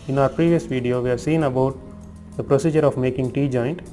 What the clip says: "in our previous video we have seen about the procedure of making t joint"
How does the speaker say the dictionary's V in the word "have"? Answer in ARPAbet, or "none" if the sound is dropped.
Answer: V